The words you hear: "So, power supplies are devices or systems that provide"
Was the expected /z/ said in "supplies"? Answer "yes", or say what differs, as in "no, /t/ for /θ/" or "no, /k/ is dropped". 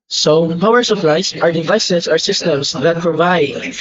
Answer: no, /s/ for /z/